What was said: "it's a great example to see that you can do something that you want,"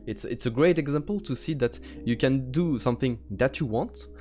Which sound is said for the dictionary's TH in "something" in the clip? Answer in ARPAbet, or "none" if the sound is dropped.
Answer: TH